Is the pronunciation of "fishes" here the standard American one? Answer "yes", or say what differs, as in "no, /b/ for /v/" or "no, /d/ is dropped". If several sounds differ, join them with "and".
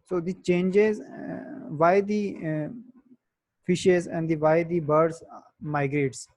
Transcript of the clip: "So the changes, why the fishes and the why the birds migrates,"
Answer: yes